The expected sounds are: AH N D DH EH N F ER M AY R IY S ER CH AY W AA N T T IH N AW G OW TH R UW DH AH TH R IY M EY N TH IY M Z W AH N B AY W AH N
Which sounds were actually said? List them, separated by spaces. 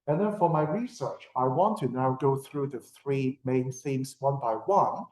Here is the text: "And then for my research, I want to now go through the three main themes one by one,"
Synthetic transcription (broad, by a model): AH N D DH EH N F ER M AY R IY S ER CH AY W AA N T T IH N AW G OW TH R UW DH AH TH R IY M EY N S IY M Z W AH N B AY W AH N